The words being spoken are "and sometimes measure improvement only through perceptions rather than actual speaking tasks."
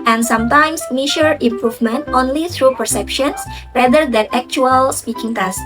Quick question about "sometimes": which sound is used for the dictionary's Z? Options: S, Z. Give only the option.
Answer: S